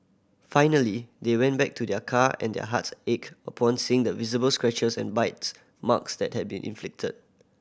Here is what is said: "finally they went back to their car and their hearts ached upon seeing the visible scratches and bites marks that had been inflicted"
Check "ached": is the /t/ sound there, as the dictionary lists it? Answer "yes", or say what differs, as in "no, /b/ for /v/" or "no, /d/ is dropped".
no, /t/ is dropped